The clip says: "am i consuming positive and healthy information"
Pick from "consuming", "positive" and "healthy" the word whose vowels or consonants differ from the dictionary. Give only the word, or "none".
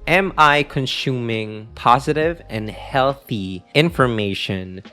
none